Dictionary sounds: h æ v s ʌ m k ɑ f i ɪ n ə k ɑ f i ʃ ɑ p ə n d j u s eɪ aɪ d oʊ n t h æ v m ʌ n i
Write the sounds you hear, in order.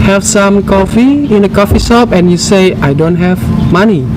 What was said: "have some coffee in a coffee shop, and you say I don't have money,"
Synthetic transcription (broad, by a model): h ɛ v s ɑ m k ɑ f i ɪ n ə k ɑ f i s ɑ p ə n j u s eɪ aɪ d oʊ n t h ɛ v m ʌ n i